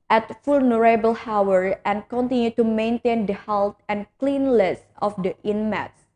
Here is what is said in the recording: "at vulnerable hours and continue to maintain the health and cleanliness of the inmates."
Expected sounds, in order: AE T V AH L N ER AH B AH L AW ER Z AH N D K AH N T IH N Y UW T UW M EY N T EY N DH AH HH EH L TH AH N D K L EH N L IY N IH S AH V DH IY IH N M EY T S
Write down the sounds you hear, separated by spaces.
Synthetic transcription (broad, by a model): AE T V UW L N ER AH B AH L AW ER AH N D K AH N T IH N Y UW T UW M EY N T EY N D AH HH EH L T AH N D K L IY N L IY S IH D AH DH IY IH N M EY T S